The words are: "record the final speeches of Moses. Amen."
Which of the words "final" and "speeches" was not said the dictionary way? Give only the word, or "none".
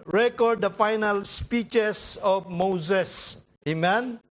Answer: speeches